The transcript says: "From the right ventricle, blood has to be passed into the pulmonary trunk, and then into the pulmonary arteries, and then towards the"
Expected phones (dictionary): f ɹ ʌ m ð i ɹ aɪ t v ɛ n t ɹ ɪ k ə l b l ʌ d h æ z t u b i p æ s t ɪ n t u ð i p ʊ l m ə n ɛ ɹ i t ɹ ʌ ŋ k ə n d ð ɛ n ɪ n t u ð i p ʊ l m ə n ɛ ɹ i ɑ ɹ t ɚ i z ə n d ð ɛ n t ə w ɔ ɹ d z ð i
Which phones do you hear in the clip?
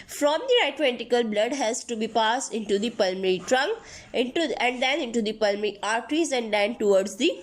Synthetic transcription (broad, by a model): f ɹ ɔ m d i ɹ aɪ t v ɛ n t ɪ k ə l b l ʌ d h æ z t u b i p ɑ s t ɪ n t u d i p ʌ l m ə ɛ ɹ i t ɹ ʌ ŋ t ə n d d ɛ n ɪ n t u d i p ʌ l m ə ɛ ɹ i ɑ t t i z ə n d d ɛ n t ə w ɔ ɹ d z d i